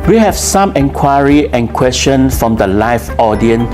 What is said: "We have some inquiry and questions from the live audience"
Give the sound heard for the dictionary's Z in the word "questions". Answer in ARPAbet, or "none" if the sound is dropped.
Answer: none